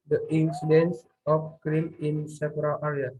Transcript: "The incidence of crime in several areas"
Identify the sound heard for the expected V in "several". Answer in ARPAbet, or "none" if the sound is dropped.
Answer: P